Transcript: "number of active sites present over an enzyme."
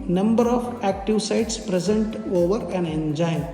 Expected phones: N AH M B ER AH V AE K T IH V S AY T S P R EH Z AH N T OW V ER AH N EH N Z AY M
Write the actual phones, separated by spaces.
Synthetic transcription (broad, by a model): N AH M B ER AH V AE K T IH V S AY T S P R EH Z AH N T OW V ER AH N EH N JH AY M